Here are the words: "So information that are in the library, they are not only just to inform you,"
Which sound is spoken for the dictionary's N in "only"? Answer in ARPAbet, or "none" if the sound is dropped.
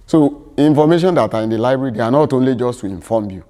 N